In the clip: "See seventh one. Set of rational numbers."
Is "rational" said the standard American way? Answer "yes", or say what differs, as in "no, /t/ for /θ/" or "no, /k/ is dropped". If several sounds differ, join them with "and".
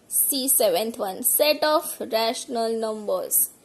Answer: yes